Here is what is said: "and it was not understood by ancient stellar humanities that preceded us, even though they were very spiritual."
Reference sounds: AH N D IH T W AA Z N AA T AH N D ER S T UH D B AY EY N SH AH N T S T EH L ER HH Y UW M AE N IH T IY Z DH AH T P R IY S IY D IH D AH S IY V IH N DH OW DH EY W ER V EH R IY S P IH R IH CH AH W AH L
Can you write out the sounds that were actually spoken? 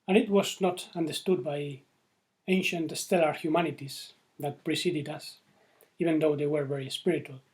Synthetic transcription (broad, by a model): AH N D IH T W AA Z N AA T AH N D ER S T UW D B AY EY N SH AH N T S T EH L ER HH Y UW M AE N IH T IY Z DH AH T P R IY S IY D IH D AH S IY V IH N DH OW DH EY W ER V EH R IY S P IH R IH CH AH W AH L